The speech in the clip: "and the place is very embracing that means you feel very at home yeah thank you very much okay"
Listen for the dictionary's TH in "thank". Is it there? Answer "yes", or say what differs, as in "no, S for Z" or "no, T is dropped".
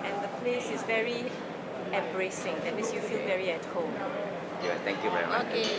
no, T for TH